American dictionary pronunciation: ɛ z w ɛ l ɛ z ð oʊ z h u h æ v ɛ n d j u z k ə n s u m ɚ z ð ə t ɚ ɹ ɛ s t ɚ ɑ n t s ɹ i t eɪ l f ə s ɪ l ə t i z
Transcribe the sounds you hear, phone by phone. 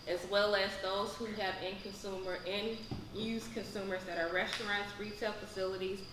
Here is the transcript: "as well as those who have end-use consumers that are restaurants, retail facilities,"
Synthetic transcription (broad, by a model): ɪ z w ɛ l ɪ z ð oʊ z h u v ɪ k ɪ n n j u z k ə n s u m ɚ z ð ə t ɚ ɹ ɛ s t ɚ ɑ n t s ɹ i t eɪ l f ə s ɪ l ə t i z